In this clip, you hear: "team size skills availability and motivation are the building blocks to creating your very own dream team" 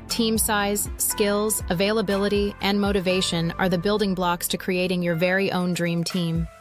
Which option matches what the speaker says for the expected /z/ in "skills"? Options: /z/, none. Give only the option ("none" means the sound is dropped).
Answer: /z/